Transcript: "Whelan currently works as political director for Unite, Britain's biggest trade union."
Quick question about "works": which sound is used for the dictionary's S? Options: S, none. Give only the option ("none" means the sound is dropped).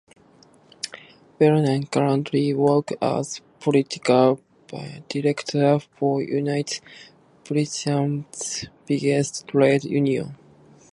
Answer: none